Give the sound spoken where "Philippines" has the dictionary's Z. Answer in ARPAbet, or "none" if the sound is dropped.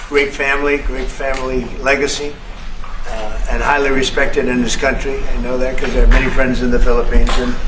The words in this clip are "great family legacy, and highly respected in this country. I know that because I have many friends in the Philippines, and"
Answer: Z